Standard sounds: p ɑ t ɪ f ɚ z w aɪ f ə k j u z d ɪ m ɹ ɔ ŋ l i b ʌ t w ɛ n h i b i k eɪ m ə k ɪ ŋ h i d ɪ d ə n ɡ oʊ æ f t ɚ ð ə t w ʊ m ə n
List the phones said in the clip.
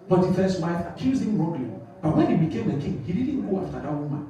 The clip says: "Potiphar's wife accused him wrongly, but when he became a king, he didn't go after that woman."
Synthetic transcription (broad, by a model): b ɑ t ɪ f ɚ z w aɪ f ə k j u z ɪ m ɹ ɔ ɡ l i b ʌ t w ɛ n h i b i k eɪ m ə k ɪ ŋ h i d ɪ d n ɡ oʊ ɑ f t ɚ ð ə t w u m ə n